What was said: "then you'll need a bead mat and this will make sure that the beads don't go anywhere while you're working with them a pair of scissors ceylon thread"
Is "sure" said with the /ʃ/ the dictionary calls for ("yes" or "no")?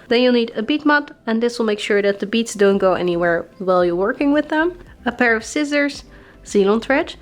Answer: yes